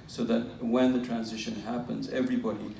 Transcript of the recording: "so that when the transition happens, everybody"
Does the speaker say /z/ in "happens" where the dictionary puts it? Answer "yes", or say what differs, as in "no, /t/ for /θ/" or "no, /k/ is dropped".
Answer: yes